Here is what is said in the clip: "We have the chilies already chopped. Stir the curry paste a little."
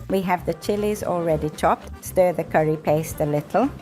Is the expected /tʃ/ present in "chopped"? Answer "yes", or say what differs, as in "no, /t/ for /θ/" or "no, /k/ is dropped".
yes